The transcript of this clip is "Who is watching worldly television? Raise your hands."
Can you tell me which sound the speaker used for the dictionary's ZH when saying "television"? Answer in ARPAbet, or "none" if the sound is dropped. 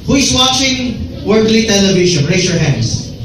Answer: SH